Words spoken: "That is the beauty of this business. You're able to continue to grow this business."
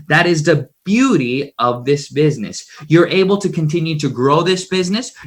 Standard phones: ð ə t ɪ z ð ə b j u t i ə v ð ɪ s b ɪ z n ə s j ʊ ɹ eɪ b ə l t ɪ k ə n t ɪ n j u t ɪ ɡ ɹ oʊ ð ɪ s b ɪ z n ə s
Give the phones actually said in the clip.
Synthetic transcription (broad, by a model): ð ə t ɪ z ð ə b j u t i ə v ð ɪ s b ɪ z n ə s j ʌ ɹ eɪ b l t ɪ k ə n t ɪ n j u t ɪ ɡ ɹ oʊ ð ɪ s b ɪ z n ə s